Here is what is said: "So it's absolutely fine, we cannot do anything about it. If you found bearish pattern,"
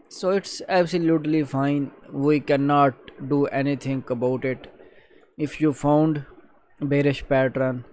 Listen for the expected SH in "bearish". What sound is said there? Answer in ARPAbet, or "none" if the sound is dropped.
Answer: SH